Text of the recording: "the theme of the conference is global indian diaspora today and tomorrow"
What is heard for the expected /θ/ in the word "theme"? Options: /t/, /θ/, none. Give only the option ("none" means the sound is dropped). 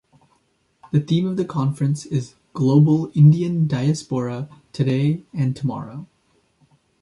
/θ/